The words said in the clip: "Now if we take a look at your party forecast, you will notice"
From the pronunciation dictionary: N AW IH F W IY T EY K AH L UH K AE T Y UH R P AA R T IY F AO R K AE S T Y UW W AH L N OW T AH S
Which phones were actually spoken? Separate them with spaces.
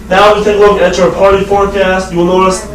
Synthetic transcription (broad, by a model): N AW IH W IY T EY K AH L UH K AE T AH R P AA R T IY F AO R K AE S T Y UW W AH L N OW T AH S